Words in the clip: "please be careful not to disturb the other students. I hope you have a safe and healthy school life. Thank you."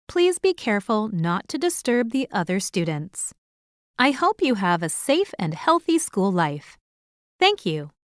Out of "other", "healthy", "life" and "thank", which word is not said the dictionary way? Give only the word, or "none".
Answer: none